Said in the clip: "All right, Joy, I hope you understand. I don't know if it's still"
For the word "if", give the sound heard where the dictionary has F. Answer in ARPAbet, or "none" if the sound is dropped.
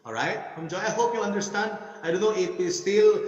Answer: P